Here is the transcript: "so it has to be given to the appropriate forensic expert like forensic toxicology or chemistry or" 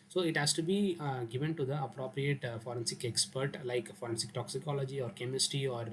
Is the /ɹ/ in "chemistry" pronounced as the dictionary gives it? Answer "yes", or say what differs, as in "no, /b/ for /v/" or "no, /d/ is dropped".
no, /ɹ/ is dropped